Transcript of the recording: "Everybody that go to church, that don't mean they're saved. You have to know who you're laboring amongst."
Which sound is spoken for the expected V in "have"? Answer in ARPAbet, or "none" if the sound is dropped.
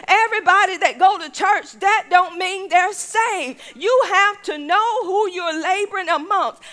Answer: F